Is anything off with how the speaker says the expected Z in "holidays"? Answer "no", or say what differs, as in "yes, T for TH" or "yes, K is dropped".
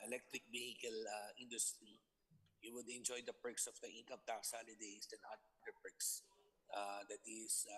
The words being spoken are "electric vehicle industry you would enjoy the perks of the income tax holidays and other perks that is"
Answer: yes, S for Z